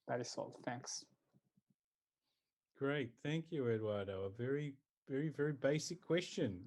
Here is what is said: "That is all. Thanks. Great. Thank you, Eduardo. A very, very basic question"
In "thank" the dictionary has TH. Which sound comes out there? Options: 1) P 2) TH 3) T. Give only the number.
2